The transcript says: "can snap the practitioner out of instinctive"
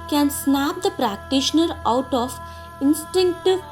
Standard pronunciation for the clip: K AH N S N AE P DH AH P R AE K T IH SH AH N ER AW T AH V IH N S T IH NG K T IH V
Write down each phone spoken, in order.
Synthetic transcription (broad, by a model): K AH N S N AE P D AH P R AE K T IH SH AH N ER AW T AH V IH N S T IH NG K T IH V